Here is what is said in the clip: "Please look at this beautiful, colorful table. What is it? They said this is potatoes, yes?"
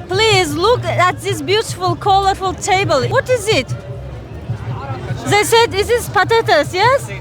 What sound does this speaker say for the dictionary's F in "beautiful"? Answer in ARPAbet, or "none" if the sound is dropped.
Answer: F